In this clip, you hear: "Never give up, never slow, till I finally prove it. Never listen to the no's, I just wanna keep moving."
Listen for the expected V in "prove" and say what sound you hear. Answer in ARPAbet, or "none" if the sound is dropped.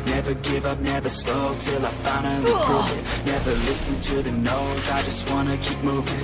none